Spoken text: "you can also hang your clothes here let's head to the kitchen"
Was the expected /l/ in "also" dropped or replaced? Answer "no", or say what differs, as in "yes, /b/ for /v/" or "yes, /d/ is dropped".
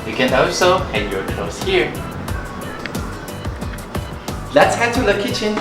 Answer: yes, /l/ is dropped